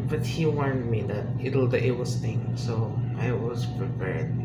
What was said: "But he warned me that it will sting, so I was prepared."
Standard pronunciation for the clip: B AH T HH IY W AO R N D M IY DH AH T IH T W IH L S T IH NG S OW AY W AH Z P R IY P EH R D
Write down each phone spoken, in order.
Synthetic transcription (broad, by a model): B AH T HH IY W AO R N D M IY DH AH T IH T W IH W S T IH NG S OW AY W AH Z P R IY P EH R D